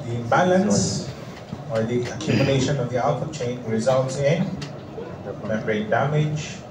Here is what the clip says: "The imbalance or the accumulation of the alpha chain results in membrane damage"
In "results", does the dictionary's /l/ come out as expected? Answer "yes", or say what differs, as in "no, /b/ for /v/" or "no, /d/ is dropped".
no, /n/ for /l/